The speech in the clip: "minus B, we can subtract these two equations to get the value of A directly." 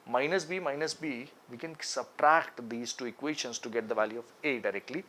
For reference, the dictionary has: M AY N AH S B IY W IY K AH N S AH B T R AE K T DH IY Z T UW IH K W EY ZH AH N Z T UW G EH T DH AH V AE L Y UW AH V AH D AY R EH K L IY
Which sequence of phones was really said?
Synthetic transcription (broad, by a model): M AY N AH S B IY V IY K AH N S AH B T R AE K T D IY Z T UW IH K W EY SH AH N S T UW G EH T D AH V AE L Y UW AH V AH D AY R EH K L IY